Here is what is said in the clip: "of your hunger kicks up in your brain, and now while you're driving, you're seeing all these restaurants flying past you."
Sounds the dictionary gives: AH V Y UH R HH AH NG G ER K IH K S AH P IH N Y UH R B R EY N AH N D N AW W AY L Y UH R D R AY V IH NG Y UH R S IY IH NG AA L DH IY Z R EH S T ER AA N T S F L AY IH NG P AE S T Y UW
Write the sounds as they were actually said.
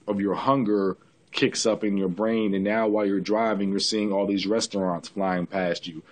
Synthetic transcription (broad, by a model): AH V Y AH R HH AH NG G ER K IH K S AH P IH N Y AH R B R EY N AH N N AW W AY L Y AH R D R AY V IH NG Y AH R S IY IH NG AA L DH IY Z R EH S T ER AA N T S F L AY IH NG P AE S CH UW